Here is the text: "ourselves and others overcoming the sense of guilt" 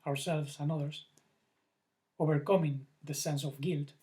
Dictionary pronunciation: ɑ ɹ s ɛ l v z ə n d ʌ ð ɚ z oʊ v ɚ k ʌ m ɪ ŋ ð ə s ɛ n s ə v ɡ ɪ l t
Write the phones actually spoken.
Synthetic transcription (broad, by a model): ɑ ɹ s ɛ l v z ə n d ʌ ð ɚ s oʊ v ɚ k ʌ m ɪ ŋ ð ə s ɛ n s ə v ɡ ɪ l t